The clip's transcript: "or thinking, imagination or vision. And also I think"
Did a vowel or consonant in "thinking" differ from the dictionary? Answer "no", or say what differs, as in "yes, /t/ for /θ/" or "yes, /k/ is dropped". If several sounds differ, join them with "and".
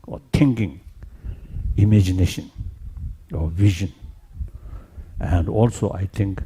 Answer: yes, /t/ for /θ/